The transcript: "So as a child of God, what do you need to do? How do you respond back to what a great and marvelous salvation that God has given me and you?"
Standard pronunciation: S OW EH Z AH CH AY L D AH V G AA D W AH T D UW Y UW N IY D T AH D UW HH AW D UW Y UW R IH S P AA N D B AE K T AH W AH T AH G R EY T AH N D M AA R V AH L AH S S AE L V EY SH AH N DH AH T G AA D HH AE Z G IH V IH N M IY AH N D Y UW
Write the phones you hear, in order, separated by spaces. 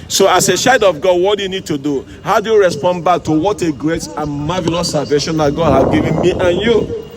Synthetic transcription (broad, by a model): S OW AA S AH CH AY D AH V G AA D W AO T D UW Y UW N IY D T AH D UW HH AW D UW Y UW R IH S P AA N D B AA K T AH W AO T AH G R EY T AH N M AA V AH L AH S S AE L V EY SH AH N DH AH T G AA D HH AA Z G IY V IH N M IY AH N Y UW